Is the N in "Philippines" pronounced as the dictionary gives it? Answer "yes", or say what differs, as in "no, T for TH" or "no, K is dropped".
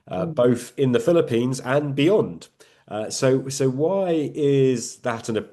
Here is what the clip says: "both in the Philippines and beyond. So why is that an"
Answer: yes